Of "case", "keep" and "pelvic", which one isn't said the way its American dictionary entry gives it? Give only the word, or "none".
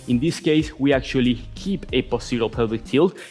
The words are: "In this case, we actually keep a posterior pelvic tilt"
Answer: pelvic